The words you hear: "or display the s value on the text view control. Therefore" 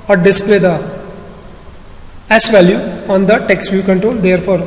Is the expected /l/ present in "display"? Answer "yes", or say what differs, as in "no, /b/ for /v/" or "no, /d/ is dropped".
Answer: yes